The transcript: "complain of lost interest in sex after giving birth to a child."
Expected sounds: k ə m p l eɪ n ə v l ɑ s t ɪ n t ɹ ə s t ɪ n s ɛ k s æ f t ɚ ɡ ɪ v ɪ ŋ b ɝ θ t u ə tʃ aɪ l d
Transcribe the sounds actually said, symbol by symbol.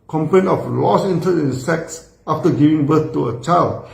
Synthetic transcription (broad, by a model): k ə m p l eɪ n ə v l ɑ s ɪ n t ə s ɪ n s ɛ k s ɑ f t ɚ ɡ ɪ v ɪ ŋ b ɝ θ t u ə tʃ aɪ l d